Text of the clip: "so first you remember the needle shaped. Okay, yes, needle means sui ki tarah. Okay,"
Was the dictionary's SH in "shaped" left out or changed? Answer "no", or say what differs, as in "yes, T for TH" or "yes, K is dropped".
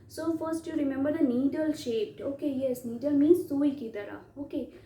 no